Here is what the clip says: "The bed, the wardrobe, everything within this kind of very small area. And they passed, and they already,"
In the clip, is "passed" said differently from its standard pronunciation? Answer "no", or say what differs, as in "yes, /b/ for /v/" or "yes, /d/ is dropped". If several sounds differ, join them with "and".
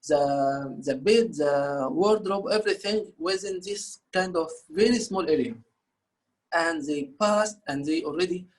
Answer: no